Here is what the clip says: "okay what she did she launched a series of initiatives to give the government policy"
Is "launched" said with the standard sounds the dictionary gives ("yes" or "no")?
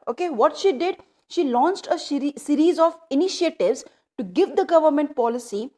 yes